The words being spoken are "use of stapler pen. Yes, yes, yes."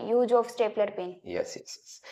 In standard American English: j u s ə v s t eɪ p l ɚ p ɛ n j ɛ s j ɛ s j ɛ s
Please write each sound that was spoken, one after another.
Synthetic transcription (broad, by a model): j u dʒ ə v s t eɪ p l ɚ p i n j ɛ s j ɛ s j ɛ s